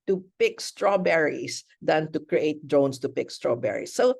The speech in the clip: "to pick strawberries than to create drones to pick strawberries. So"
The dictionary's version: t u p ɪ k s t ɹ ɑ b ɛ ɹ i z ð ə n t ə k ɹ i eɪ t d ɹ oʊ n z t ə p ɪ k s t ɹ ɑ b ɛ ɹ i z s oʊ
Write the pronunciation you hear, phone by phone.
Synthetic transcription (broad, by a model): t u p ɪ k s t ɹ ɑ b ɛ ɹ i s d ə n t ə k ɹ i eɪ t d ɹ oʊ n s t ə p ɪ k s t ɹ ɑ b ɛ ɹ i s oʊ